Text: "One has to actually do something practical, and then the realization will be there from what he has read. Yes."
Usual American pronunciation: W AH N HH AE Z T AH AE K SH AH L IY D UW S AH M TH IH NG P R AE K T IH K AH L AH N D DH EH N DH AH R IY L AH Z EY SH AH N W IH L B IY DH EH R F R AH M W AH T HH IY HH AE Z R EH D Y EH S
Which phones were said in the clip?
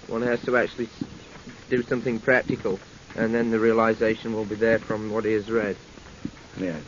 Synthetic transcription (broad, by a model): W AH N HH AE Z T AH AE K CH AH L IY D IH S AH M TH IH NG P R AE K T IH K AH L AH N DH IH N DH AH R IY L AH Z EY SH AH N W IH L B IY DH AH R F R AH M W AH T HH IY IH Z R EH D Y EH